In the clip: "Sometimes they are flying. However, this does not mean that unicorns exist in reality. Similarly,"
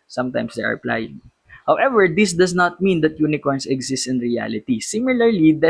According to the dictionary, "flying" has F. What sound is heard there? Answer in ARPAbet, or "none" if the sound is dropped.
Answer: P